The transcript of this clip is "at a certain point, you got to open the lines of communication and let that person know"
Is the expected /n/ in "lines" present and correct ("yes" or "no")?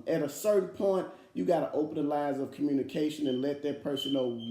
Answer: no